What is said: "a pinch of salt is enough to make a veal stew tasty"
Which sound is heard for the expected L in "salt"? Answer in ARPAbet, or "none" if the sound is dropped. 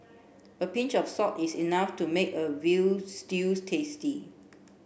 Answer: none